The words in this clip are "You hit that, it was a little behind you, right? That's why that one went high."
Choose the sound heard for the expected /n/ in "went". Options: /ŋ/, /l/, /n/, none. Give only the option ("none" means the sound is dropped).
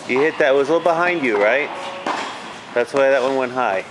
/n/